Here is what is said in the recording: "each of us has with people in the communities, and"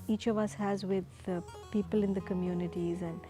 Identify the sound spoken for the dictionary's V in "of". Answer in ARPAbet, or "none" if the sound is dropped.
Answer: V